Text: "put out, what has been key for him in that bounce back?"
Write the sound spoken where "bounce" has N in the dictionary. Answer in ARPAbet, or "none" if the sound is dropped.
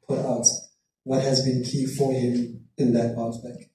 none